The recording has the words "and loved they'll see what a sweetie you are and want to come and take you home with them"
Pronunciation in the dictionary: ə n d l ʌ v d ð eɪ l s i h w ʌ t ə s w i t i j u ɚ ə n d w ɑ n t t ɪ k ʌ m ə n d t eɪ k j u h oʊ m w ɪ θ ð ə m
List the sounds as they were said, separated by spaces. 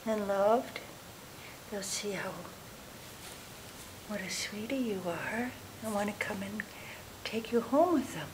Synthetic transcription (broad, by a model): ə n l ʌ v d ð eɪ l s i h w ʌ t ə s w i t i j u ɚ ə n w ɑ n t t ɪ k ʌ m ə n t eɪ k j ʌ h oʊ m w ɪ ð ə m